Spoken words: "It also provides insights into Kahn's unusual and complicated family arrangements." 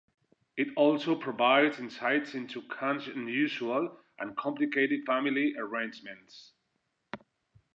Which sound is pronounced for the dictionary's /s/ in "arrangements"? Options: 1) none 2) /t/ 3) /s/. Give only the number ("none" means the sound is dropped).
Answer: 3